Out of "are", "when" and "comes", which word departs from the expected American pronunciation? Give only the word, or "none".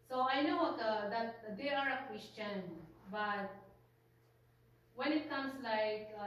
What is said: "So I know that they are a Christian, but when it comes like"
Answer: comes